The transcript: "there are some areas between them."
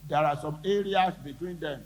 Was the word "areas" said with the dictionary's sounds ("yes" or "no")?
no